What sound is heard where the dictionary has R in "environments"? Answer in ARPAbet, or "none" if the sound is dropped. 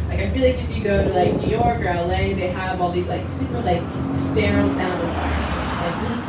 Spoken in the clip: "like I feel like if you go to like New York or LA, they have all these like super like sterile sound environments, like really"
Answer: none